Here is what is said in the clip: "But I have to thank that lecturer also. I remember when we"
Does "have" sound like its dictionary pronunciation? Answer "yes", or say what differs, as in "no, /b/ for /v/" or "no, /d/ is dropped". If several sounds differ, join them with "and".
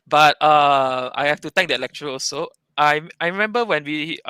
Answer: no, /f/ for /v/